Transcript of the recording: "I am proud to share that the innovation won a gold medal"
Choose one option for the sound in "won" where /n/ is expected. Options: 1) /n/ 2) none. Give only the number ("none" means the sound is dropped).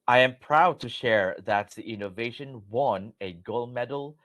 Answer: 1